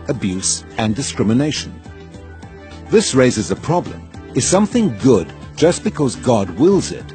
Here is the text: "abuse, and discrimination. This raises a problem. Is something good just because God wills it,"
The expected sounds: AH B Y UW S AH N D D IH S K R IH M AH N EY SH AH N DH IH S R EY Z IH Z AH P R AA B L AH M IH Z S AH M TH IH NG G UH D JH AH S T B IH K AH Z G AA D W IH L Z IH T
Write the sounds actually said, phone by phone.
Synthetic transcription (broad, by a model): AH B Y UW S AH N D D IH S K R IH M AH N EY SH AH N DH IH S R EY Z IH Z AH P R AA B L AH M IH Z S AH M TH IH NG G UH D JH AH S B IH K AH Z G AA D W IH L Z IH T